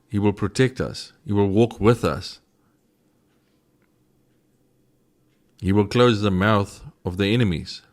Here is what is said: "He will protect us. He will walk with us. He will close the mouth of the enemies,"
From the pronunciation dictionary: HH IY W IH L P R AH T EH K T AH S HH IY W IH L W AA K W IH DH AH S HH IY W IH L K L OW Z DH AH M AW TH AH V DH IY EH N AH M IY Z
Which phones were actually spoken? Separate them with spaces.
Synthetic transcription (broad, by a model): HH IY W IH L P R AH T EH K T AH S HH IY W IH L W AA K W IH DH AH S HH IY W IH L K L OW Z DH AH M AW TH AH V DH IY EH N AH M IY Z